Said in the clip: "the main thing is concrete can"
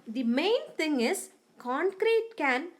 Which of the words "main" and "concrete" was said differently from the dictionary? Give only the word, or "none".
none